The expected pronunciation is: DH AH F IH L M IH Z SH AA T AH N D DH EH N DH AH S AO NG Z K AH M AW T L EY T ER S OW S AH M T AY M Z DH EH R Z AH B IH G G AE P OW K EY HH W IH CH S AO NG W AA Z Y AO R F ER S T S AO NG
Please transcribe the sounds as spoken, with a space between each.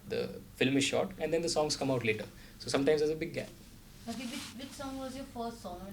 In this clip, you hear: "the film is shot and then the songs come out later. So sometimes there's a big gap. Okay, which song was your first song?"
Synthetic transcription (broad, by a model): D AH F IH L M IH Z SH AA T AH N D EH N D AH S AO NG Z K AH M AW T L EY T ER S OW S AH M T AY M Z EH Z AH B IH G G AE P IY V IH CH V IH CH S AO NG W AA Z Y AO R F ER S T S AO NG